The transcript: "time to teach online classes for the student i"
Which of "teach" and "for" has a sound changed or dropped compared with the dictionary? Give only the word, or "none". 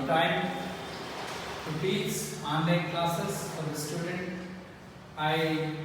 teach